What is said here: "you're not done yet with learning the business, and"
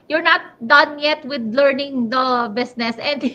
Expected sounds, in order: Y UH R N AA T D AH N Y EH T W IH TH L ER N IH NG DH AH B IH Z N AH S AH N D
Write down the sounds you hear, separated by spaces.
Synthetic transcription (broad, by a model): Y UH R N AA T D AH N Y EH T W IH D L ER N IH NG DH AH B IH S N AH S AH N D